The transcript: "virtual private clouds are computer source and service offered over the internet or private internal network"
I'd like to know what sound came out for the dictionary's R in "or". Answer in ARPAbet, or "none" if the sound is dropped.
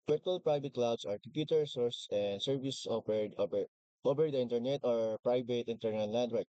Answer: R